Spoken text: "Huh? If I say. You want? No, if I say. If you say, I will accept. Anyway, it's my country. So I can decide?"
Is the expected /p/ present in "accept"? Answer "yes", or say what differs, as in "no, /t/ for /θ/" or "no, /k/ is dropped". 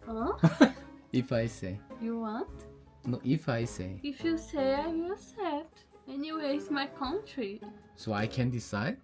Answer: no, /p/ is dropped